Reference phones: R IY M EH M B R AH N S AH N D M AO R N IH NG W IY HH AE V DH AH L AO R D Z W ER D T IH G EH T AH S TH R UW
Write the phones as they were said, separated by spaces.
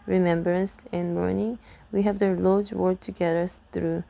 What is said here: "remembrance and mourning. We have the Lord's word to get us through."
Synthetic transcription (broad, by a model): R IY M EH M B R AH N S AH N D M AO R N IH NG W IY HH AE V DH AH L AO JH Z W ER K T IH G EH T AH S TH R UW